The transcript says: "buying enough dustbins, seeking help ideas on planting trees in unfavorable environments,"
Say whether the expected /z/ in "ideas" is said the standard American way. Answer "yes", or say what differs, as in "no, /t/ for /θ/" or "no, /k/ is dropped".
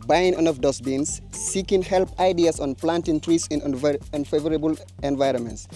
no, /s/ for /z/